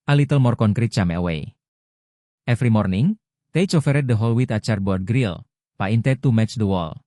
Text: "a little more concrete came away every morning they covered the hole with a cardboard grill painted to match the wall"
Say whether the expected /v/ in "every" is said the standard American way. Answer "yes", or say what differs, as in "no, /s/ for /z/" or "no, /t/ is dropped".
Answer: no, /f/ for /v/